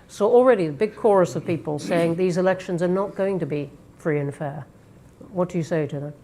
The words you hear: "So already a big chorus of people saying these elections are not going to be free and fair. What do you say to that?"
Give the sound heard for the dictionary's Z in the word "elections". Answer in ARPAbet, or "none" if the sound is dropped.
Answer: Z